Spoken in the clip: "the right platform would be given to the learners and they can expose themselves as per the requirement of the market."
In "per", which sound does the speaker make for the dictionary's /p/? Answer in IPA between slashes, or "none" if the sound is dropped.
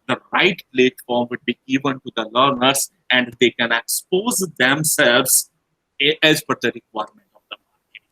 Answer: /f/